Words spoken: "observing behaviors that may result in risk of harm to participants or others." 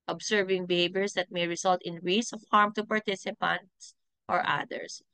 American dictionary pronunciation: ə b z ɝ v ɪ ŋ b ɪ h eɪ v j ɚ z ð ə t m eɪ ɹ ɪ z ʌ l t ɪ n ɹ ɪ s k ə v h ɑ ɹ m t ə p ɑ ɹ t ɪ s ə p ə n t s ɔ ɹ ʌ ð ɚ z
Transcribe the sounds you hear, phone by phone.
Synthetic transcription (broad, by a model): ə b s ɝ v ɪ ŋ b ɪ h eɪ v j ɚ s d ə t m eɪ ɹ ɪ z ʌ l t ɪ n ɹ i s ə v h ɑ ɹ m t ə p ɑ ɹ t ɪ s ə p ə n t s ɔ ɹ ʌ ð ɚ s